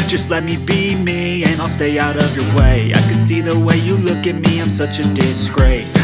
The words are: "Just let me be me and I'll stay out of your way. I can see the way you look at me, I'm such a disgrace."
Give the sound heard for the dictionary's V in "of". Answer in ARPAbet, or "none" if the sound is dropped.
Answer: V